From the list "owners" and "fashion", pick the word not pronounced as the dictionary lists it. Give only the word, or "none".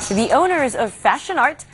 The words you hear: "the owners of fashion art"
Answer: none